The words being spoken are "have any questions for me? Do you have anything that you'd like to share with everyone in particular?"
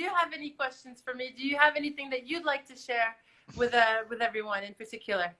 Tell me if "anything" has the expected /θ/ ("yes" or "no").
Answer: yes